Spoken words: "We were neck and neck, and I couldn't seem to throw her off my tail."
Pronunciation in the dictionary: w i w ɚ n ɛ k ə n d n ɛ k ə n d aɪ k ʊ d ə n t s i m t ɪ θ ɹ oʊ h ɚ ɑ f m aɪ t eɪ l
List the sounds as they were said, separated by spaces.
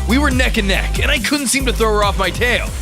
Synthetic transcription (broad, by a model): w i w ɚ n ɛ k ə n n ɛ k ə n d aɪ k ʊ d n t s i m t ɪ θ ɹ oʊ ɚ ɑ f m aɪ t eɪ l